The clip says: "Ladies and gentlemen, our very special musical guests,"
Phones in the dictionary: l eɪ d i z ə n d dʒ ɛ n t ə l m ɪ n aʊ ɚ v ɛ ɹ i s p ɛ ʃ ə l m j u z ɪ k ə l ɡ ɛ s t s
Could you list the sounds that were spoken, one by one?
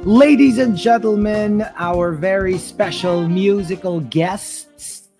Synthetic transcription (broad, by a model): l eɪ d i z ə n dʒ ɛ n t l m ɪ n aʊ ɚ v ɛ ɹ i s p ɛ ʃ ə l m j u z ɪ k ə l ɡ ɛ s t s